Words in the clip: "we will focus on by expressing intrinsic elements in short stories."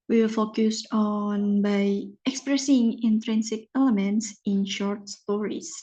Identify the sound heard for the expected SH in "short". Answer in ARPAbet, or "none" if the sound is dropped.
SH